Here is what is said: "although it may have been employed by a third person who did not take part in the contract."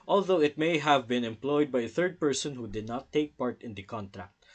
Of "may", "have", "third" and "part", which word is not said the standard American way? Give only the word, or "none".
none